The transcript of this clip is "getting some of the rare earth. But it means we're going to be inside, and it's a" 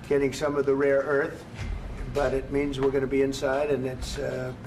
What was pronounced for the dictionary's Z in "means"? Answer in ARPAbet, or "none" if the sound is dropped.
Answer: Z